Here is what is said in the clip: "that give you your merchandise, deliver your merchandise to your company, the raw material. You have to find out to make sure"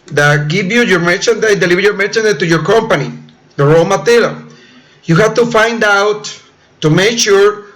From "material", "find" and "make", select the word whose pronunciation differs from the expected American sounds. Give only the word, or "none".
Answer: material